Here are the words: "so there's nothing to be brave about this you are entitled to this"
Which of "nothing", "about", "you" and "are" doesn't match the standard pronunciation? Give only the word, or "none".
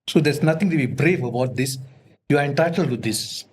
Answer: nothing